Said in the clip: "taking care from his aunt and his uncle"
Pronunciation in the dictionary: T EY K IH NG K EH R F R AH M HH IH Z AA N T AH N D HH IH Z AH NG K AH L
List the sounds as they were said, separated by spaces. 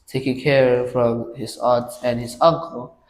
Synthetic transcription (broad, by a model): T EY K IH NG K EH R F R AH M HH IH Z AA T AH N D HH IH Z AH NG K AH L